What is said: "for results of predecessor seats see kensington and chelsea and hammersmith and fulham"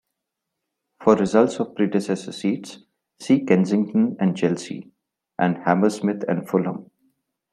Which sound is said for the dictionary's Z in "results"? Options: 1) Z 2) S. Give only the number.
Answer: 1